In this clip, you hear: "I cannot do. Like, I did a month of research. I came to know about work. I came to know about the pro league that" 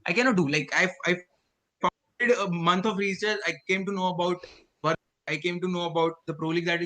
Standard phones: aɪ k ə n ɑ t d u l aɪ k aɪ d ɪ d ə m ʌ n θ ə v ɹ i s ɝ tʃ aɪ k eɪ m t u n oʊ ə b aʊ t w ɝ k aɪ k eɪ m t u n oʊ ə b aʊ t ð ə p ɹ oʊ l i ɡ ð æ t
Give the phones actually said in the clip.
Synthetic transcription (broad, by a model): aɪ k ə n ɑ t d u l aɪ k aɪ d ɪ d ə m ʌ n t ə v ɹ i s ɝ s aɪ k eɪ m t u n oʊ ə b aʊ t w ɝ aɪ k eɪ m t u n oʊ ə b aʊ t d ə p ɹ oʊ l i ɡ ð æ t